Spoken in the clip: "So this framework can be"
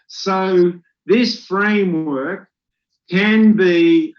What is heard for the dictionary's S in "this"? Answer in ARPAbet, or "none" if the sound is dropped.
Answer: S